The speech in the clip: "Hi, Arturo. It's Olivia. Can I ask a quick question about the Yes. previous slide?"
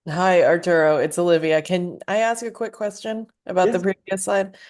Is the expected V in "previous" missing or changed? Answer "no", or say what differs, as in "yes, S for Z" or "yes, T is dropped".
yes, V is dropped